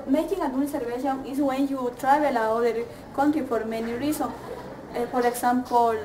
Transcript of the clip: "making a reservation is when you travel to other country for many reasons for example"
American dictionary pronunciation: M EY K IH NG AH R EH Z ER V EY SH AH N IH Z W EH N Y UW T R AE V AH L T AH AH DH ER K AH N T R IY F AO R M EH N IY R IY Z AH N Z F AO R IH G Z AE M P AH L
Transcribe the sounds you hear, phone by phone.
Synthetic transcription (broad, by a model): M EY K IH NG AH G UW S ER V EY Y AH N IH S W EH N Y UW T R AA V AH L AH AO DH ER K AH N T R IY F AO R M EH N IY R IY S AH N S F AO R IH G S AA M P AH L